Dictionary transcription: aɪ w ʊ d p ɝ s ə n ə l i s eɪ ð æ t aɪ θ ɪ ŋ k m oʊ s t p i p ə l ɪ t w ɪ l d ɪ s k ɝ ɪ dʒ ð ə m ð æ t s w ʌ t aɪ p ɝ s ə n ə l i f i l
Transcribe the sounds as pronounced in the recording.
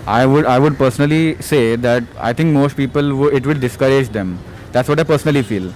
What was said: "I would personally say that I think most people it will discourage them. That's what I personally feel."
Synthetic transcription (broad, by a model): aɪ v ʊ d p ɝ s ə n ə l i s eɪ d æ t aɪ t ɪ ŋ k m oʊ s t p i p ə l ɪ t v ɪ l d ɪ s k ɝ ɪ dʒ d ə m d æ t s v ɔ t aɪ p ɝ s ə n ə l i f i l